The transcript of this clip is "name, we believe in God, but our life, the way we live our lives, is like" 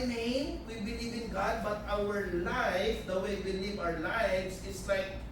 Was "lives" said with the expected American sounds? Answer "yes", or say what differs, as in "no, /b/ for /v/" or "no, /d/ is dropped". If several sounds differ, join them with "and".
no, /s/ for /z/